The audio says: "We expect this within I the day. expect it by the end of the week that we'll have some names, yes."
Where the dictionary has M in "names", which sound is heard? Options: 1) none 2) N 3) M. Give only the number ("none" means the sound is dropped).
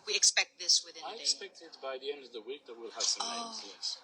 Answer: 1